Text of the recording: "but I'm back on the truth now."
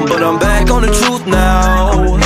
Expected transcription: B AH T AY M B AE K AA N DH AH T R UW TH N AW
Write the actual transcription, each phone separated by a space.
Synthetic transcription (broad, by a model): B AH T AY M B AE K N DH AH T R UW TH N AW